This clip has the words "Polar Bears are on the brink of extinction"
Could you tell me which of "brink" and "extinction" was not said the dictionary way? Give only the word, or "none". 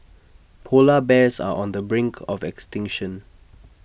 none